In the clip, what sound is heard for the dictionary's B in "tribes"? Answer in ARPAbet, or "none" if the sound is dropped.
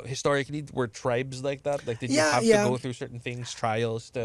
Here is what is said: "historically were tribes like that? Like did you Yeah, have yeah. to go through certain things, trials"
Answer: B